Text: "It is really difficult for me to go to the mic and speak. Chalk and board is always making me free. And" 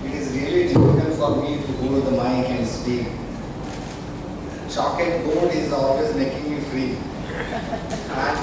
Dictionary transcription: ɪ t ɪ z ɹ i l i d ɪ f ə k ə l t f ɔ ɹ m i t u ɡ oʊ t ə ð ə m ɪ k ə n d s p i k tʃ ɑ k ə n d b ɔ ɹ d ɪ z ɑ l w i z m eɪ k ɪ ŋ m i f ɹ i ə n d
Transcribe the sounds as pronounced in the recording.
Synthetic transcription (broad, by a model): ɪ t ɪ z ɹ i l i d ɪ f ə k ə n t f ɔ ɹ m i t u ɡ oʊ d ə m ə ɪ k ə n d s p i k tʃ ɑ k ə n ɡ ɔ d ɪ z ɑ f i s m eɪ k ɪ ŋ m i f ɹ i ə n